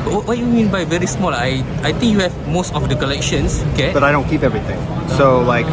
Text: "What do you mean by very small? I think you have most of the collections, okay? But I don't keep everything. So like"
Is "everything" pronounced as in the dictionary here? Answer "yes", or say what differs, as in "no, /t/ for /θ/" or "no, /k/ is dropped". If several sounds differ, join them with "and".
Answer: no, /t/ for /θ/